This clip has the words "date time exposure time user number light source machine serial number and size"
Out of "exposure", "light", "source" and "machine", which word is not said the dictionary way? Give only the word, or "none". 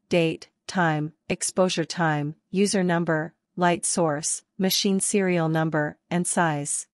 none